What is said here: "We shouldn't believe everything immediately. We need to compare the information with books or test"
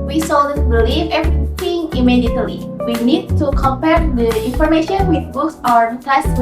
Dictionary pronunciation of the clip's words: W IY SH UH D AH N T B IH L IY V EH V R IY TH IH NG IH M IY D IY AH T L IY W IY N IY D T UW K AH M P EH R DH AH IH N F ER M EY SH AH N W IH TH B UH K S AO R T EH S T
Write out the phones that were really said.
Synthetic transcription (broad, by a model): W IY S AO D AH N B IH L IY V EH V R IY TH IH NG IH M IY D IY AH T L IY W IY N IY D T UW K AH M P EH R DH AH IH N F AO M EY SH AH N W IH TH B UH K S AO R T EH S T